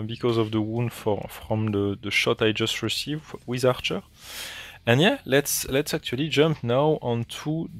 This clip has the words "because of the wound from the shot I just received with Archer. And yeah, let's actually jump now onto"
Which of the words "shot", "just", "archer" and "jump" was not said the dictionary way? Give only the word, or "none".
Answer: none